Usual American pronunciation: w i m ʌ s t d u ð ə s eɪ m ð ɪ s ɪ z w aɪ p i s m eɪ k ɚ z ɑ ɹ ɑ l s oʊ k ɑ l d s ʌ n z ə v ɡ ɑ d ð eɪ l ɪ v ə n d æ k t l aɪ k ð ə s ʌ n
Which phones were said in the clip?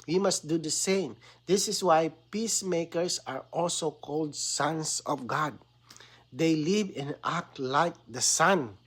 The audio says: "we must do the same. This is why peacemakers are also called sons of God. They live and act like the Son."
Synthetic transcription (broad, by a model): w i m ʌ s t d u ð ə s eɪ m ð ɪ s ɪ s w aɪ p i s m eɪ k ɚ s ɑ ɹ ɑ l s oʊ k ɑ l d s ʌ n s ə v ɡ ɑ d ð eɪ l ɪ v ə n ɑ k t l aɪ k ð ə s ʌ n